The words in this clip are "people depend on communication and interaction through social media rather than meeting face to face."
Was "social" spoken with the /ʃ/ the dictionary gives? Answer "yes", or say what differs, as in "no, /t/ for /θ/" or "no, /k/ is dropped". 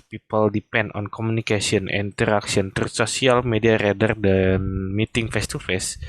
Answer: no, /s/ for /ʃ/